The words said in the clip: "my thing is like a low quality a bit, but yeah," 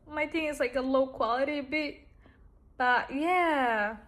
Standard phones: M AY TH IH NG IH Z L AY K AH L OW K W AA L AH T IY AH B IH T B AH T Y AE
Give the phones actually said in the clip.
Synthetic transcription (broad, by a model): M AY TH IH NG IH S L AY K AH L OW K W AA L AH T IY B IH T B AH T Y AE